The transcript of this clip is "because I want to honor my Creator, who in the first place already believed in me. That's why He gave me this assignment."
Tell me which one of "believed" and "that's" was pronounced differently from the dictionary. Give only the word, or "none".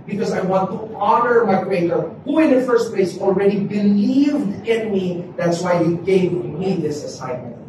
none